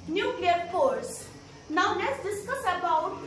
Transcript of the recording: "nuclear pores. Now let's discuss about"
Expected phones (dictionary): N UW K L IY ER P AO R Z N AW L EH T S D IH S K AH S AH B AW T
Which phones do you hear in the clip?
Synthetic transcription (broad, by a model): N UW K L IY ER F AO R S N AW L EH T S D IH S K AH S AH B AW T